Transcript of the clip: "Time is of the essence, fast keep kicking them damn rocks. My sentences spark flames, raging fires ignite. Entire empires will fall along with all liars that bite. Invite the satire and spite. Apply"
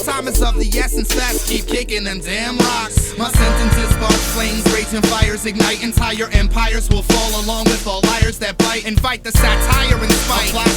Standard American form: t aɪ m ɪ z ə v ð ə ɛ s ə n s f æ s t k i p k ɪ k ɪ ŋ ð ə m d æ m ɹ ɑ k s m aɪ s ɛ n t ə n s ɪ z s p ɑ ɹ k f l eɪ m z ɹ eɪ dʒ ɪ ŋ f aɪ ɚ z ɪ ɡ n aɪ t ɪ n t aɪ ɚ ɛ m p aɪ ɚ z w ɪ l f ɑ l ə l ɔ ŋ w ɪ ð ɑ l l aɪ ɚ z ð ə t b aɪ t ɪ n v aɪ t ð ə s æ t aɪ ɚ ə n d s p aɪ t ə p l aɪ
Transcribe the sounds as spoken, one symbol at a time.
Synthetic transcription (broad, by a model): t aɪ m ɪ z ə v ð ə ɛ s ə n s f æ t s k i p k ɪ k ɪ ŋ ð ə m d æ m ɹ ɑ k s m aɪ s ɛ n t ə n s ɪ z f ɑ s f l eɪ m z ɹ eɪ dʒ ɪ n f aɪ ɚ z ɪ ɡ n aɪ t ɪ n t aɪ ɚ ɛ m p aɪ ɚ z w ɪ l f ɑ l ə l ɔ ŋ w ɪ ð ɑ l l aɪ ɚ z ð ə t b aɪ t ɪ n f aɪ t ð ə s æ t aɪ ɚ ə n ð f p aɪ ə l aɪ